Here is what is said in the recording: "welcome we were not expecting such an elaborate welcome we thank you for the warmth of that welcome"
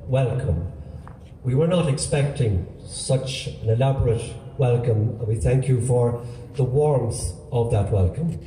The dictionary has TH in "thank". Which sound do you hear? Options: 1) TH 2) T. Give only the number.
1